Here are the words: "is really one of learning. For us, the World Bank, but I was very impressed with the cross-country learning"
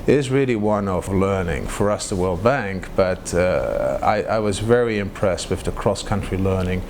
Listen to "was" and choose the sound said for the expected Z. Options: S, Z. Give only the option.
Z